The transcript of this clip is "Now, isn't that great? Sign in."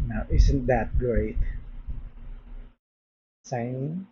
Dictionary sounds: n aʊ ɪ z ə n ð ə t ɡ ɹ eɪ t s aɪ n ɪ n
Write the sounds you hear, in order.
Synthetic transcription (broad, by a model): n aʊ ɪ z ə n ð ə t ɡ ɹ eɪ t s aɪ ɪ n